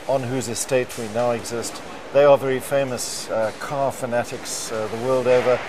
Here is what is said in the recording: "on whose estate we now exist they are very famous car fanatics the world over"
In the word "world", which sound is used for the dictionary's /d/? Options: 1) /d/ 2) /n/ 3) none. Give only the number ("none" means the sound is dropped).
1